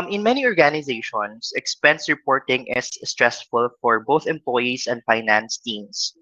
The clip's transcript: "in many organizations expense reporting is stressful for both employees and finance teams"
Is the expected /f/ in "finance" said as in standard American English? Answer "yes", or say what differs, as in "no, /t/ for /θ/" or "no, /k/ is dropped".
yes